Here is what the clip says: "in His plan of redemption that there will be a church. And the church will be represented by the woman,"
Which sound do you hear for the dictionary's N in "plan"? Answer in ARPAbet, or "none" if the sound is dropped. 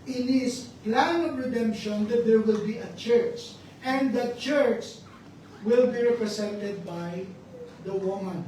N